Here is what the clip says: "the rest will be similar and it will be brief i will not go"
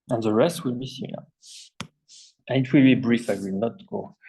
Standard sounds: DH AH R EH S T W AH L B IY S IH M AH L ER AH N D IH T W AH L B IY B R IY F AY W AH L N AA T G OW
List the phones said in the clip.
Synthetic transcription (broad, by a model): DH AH R EH S T W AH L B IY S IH AH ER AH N IH T W AH L B IY B R IY F AY W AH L N AA T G OW